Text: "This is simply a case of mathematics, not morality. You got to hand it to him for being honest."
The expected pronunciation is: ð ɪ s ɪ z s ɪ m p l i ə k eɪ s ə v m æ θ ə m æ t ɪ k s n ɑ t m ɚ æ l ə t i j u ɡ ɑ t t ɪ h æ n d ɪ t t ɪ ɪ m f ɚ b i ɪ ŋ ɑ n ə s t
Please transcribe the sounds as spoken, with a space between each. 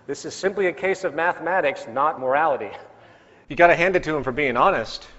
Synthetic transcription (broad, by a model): ð ɪ s ɪ z s ɪ m p l i ə k eɪ s ə v m æ θ ə m æ t ɪ k s n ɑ t m ɚ æ l ə t i j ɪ ɡ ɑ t t ɪ h æ n d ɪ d t ɪ ɪ m f ɚ b i ɪ ŋ ɑ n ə s t